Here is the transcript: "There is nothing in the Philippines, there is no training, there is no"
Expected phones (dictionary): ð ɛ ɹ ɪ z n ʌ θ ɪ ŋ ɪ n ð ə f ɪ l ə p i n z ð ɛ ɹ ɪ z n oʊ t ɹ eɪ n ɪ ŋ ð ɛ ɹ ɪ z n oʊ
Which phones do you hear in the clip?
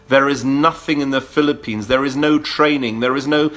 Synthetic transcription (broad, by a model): ð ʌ ɹ ɪ z n ʌ θ ɪ ŋ ɪ n ð ə f ɪ l ə p i n z ð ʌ ɹ ɪ z n oʊ t ɹ eɪ n ɪ ŋ ð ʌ ɹ ɪ z n oʊ